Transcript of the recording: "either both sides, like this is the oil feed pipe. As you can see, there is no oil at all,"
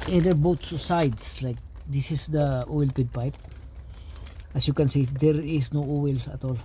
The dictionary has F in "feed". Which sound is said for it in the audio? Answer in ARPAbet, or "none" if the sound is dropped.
P